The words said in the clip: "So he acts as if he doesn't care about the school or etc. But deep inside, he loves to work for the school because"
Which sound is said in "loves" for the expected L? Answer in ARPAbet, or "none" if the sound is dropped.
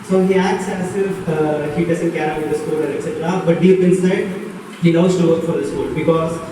N